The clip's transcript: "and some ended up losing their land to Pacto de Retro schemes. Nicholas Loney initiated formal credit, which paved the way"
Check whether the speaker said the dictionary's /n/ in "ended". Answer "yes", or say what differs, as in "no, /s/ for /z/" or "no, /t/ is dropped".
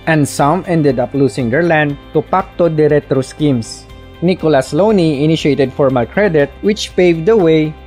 yes